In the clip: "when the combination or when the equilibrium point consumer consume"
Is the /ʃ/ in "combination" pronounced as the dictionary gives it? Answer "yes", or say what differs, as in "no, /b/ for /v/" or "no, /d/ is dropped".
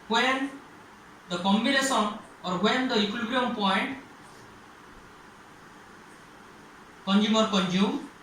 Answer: no, /s/ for /ʃ/